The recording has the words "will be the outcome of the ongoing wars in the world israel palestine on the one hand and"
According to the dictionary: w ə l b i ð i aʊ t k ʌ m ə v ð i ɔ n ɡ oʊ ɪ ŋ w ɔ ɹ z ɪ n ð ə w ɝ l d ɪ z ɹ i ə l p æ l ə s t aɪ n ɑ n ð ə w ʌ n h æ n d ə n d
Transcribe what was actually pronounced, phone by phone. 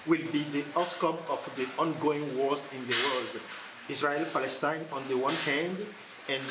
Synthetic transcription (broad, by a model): w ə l b i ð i aʊ t k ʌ m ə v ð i ɔ n ɡ oʊ ɪ ŋ w ɔ ɹ z ɪ n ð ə w ɝ l d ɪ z ɹ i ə l p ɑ l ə s t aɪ n ɑ n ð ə w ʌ n h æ n d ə n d